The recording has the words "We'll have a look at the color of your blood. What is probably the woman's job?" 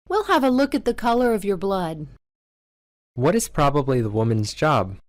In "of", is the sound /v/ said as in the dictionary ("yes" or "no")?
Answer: yes